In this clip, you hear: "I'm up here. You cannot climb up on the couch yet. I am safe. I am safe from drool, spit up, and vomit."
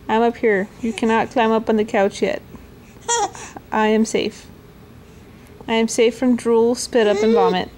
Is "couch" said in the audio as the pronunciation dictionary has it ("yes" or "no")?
yes